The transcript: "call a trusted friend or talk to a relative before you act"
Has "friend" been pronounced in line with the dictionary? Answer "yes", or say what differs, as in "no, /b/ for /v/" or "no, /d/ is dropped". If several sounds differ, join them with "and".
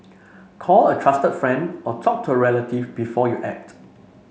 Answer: yes